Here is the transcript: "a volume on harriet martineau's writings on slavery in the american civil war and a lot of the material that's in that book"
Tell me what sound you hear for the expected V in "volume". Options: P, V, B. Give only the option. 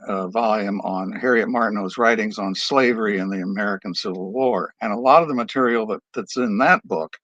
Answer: V